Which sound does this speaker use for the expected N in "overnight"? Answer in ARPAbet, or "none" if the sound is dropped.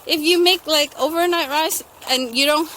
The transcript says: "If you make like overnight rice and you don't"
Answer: N